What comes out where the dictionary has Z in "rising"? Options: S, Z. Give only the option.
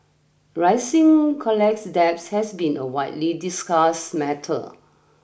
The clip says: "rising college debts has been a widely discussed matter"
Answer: S